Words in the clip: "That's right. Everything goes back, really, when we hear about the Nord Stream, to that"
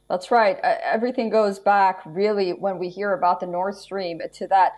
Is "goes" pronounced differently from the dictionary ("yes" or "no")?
no